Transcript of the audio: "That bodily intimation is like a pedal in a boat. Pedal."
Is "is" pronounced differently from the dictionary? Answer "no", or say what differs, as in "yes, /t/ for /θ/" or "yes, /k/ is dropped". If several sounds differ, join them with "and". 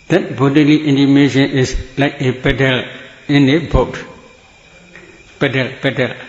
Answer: yes, /s/ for /z/